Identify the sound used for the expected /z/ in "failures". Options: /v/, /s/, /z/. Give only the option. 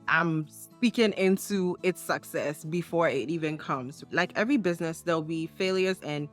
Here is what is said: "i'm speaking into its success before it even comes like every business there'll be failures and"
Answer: /z/